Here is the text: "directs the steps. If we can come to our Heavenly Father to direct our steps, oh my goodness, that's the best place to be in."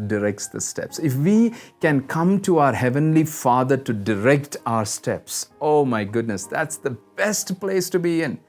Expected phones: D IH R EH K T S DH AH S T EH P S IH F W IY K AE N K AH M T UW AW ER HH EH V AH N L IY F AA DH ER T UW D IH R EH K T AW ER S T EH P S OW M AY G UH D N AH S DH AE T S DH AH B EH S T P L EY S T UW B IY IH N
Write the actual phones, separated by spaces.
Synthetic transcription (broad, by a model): D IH R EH K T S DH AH S T EH P S IH F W IY K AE N K AH M T UW AW ER HH EH V AH N L IY F AA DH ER T UW D IH R EH K T AW ER S T EH P S OW M AY G UH D N AH S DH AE T S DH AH B EH S T P L EY S T UW B IY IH N